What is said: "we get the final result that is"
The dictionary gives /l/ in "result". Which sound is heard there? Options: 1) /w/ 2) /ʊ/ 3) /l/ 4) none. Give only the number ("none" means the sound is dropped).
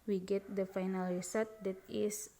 4